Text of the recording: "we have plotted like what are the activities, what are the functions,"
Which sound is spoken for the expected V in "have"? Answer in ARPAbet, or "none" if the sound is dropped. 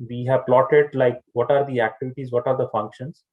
V